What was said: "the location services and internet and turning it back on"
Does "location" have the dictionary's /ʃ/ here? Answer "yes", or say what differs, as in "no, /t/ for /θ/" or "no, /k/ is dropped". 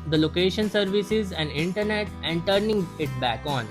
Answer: yes